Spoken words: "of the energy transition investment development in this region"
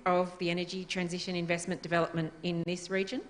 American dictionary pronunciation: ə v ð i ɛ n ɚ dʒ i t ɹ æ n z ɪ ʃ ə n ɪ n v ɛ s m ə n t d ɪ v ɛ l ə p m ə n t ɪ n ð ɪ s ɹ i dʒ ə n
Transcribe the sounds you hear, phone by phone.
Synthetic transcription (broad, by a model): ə v ð i ɛ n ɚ dʒ i t ɹ æ n z ɪ ʃ ə n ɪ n v ɛ s m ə n d ɪ v ɛ l ə p m ə n t ɪ n ð ɪ s ɹ i dʒ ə n